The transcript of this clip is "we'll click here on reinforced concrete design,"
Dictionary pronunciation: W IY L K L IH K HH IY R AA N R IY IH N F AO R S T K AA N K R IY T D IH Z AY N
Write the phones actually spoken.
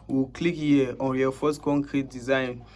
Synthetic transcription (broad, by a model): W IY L K L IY K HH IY AA N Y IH F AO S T K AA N K R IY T D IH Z AY N